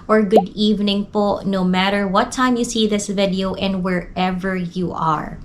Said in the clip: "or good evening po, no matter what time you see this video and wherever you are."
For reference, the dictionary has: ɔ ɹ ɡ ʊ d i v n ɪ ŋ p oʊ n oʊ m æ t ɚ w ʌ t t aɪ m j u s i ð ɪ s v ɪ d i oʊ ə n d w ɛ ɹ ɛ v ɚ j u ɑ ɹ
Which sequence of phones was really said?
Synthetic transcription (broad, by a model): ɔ ɹ ɡ ʊ d i v n ɪ ŋ p oʊ n oʊ m æ t ɚ w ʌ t t aɪ m j u s i ð ɪ s v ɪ d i oʊ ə n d w ɛ ɹ ɛ v ɚ j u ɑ ɹ